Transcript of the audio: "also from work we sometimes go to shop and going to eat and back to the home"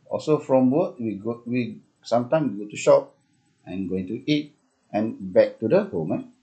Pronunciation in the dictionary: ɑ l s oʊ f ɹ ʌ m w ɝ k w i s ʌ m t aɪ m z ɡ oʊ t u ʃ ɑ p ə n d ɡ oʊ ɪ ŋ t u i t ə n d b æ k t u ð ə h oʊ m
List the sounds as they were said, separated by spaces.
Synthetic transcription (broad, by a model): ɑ l s oʊ f ɹ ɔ m w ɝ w w i s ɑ m t aɪ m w ɡ oʊ t u ʃ ɑ p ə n ɡ oʊ ɪ ŋ t u i t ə n b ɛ k t u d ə h oʊ m